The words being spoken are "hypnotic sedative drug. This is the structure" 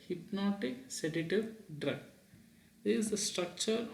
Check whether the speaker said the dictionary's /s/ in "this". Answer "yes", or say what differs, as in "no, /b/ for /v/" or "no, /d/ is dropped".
no, /s/ is dropped